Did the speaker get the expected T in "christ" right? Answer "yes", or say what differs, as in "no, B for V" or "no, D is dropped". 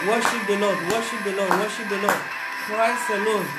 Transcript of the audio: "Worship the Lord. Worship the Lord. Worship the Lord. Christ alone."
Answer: no, T is dropped